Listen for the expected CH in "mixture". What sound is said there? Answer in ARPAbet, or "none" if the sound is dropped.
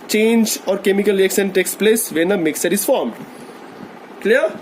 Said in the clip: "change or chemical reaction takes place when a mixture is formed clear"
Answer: none